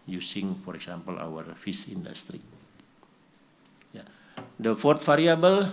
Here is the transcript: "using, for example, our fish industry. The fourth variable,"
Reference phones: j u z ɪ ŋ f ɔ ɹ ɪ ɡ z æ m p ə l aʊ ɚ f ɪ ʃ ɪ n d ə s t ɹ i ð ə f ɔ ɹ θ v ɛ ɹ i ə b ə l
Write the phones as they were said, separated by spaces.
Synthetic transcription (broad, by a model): j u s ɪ ŋ f ɔ ɹ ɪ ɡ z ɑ m p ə l aʊ ɚ f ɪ s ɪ n d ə s t ɹ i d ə f ɔ ɹ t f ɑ ɹ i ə b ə l